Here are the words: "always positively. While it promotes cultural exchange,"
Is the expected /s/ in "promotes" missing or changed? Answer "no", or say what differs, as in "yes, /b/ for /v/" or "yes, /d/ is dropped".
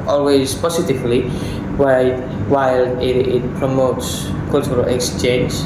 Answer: no